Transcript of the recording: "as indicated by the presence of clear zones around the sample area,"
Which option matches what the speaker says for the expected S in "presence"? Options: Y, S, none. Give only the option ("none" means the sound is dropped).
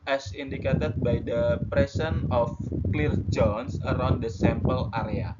none